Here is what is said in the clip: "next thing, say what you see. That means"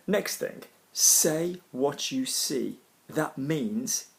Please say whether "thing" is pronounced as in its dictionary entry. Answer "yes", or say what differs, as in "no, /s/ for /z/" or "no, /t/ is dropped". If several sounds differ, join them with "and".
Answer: yes